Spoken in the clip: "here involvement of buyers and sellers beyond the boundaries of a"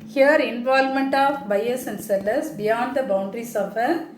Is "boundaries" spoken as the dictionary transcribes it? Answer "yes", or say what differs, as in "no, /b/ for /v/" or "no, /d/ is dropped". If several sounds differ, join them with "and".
no, /s/ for /z/